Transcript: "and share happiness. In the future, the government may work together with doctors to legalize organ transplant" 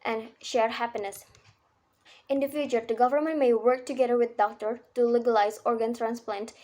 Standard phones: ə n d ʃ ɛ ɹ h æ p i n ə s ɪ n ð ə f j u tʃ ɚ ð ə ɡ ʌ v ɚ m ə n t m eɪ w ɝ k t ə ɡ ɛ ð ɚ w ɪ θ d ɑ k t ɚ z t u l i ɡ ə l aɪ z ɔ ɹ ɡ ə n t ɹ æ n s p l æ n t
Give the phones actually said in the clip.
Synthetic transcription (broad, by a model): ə n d ʃ ɛ ɹ h æ p i n ə s ɪ n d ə f j u tʃ ɚ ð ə ɡ ʌ v ɚ m ə n t m eɪ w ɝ k t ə ɡ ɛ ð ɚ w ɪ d d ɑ k t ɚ t u l i ɡ ə l aɪ z ɔ ɹ ɡ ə n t ɹ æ n s p l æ n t